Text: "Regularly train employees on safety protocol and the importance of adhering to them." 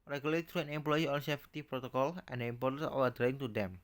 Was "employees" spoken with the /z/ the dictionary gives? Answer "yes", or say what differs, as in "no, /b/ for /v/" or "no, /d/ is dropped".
no, /z/ is dropped